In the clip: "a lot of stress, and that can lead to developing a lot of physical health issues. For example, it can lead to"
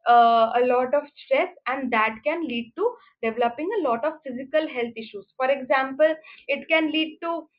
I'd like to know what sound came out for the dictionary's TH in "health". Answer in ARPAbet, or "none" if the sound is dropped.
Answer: T